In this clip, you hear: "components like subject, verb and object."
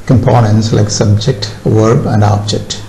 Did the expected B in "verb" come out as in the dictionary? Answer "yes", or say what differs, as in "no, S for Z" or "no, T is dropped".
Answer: yes